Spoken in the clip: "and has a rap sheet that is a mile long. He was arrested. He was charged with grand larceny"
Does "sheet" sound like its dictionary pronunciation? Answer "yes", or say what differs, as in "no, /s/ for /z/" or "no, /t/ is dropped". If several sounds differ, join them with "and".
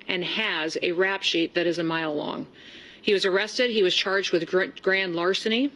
yes